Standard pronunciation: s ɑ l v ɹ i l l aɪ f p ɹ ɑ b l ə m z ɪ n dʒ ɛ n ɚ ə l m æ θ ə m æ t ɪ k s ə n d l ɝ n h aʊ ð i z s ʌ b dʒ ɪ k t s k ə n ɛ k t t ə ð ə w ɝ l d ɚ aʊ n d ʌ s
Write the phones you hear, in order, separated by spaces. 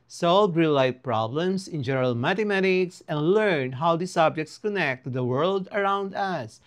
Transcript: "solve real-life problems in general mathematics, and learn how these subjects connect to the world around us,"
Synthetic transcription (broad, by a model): s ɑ l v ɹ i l l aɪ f p ɹ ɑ b l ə m s ɪ n dʒ ɛ n ɚ ə l m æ t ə m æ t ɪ k s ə n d l ɝ n h aʊ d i s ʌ b dʒ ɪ k t s k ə n ɛ k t t ə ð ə w ɝ l d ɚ aʊ n d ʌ s